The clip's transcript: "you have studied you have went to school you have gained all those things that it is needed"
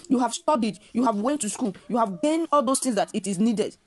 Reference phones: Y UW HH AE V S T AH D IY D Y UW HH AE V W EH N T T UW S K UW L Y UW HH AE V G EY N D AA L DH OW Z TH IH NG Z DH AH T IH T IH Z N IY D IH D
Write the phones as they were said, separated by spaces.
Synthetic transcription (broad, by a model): Y UW HH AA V S T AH D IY D Y UW HH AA V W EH N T T UW S K UW L Y UW HH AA V G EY N AA L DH OW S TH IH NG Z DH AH T IH T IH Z N IY D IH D